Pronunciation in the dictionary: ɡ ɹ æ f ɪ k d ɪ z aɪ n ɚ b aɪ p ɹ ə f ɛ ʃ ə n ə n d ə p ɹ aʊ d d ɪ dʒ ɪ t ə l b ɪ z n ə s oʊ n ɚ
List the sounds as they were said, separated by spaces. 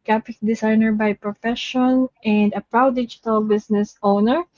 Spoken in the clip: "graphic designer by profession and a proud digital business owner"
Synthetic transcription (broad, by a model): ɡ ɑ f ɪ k d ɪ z aɪ n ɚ b aɪ p ɹ ə f ɛ ʃ ə n ə n d ə p ɹ aʊ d d ɪ dʒ ɪ t ə l b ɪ s n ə s oʊ n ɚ